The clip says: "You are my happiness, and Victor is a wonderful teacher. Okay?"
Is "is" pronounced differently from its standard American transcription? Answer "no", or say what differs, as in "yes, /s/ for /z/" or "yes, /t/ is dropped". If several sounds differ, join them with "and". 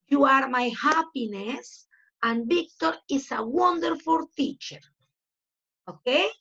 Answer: yes, /s/ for /z/